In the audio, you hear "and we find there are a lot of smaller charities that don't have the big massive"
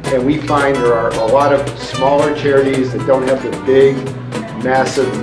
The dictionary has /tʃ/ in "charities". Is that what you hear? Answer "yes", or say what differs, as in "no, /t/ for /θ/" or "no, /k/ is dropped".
yes